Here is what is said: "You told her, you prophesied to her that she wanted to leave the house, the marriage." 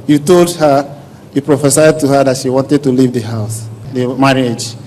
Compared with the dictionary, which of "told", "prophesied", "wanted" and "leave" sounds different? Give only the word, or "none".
none